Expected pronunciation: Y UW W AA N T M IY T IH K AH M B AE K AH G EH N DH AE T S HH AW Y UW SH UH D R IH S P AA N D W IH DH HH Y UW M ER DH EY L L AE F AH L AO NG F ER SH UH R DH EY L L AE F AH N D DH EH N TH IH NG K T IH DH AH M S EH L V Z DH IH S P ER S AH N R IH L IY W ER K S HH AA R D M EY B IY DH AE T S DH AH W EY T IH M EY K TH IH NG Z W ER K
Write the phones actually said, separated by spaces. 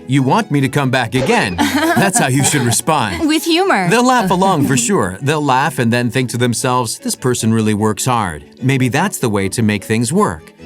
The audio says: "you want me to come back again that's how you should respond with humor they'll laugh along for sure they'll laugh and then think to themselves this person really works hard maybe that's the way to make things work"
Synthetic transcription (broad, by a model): Y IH W AA N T M IY T IH K AH M B AE K AH G EH N DH AE T S HH AW Y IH SH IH D R IH S P AA N D W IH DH HH Y UW M ER DH EY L L AE F AH L AO NG F ER SH UH R DH EY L L AE F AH N DH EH N TH IH NG K T IH DH AH M S EH L V Z DH IH S P ER S AH N R IH L IY W ER K S HH AA R D M EY B IY DH AE T S DH AH W EY T IH M EY K TH IH NG Z W ER K